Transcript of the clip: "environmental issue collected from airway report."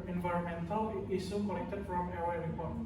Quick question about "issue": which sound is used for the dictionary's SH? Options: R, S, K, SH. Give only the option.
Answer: S